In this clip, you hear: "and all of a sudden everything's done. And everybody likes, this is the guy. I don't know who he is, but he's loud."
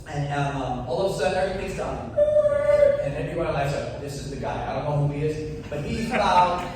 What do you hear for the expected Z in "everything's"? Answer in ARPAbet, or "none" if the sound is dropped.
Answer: Z